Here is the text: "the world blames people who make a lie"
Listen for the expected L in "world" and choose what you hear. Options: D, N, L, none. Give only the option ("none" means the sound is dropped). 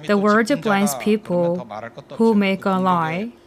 none